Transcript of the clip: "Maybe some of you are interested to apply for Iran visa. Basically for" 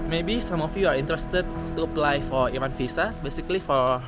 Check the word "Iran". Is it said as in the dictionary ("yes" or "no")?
no